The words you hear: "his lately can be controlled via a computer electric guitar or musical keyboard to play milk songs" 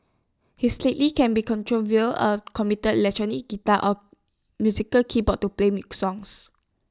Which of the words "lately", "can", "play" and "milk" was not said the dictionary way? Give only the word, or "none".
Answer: milk